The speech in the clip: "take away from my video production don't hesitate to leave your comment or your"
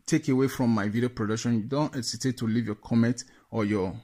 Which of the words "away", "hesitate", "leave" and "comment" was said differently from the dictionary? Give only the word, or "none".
hesitate